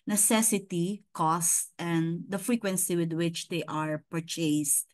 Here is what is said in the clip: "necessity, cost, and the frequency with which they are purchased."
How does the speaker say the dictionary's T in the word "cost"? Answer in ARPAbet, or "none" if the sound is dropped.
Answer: T